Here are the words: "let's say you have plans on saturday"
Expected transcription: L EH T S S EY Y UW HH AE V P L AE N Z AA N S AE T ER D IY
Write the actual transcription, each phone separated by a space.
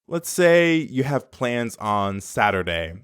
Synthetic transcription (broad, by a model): L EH T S S EY Y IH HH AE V P L AE N Z N S AE T ER D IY